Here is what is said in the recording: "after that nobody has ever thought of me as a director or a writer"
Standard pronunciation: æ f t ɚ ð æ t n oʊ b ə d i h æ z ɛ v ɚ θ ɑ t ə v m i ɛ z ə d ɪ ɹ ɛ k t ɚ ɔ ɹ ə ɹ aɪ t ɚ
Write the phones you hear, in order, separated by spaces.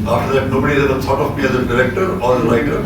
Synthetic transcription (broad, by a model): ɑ f t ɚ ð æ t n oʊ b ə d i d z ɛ ɚ t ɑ t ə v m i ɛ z ə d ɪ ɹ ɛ k t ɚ ɔ ɹ ə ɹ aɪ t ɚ